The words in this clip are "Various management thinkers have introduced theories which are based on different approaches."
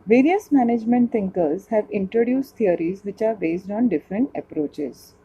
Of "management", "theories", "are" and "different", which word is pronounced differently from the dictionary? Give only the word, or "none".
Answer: theories